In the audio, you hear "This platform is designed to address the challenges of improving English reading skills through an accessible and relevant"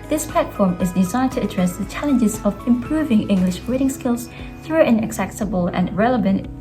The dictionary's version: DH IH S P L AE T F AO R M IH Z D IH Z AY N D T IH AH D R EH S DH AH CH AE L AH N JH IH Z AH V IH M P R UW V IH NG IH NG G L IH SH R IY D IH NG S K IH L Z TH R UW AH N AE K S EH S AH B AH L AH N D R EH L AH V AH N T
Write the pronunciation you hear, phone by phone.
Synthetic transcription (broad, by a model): DH IH S P L AE T F AO R M IH Z D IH Z AY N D T IH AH D R EH S DH AH CH AE L AH N JH IH Z AH V IH M P R UW V IH NG IH NG G L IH SH W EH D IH NG S K IH L Z TH R UW AH N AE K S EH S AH B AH L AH N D R EH L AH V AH N T